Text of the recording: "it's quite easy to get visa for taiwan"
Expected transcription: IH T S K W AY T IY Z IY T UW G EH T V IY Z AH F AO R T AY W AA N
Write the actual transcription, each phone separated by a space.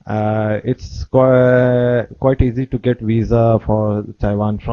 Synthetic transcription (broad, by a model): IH T S K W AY T IY Z IY T UW G EH T V IY Z AH F AO R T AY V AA N